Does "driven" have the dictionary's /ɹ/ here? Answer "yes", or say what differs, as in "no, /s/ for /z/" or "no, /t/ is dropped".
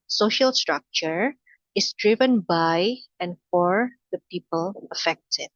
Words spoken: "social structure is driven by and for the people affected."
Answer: yes